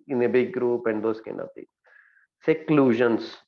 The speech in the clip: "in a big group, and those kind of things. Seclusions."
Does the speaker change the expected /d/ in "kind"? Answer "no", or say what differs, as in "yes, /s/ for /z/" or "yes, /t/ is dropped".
yes, /d/ is dropped